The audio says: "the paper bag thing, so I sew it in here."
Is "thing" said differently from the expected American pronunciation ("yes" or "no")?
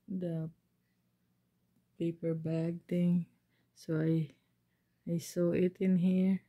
yes